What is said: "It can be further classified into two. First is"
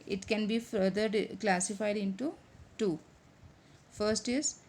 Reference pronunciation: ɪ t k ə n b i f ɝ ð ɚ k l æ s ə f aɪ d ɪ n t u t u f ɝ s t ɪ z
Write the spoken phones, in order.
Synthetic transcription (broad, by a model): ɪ t k ə n b i f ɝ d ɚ k l æ s ə f aɪ d ɪ n t u t u f ɝ s t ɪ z